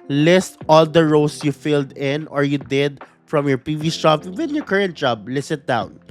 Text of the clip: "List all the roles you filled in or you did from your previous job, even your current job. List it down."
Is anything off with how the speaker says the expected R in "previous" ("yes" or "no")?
yes